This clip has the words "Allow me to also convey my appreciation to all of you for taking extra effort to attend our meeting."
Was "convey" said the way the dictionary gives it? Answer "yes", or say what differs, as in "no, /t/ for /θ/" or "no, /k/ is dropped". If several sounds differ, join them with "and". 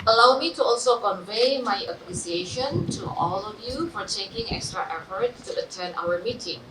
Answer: yes